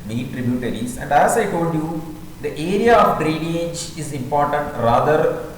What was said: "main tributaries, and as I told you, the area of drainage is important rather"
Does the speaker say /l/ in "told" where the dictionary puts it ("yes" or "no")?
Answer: no